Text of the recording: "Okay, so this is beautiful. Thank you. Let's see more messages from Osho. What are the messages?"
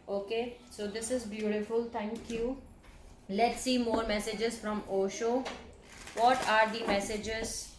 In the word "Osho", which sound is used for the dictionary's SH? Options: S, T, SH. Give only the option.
SH